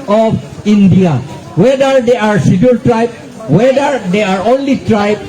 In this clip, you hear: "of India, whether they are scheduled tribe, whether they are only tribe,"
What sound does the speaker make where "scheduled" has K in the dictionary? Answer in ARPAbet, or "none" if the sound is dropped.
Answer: none